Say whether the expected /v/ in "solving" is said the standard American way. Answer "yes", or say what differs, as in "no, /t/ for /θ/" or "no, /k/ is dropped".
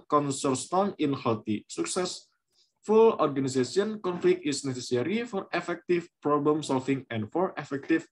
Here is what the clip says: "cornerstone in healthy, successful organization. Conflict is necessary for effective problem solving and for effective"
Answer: no, /f/ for /v/